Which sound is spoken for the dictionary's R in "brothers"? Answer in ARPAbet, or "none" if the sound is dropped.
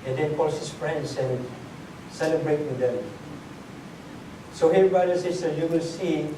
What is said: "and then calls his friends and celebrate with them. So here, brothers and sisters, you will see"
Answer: none